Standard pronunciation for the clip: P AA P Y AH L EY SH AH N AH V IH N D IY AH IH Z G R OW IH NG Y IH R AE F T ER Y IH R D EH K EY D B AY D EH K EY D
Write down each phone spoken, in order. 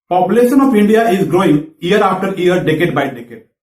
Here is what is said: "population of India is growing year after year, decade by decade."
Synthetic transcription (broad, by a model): P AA P Y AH L EY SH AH N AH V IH N D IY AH IH Z G R OW IH NG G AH R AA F T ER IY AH R D EH K EY D B AY D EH K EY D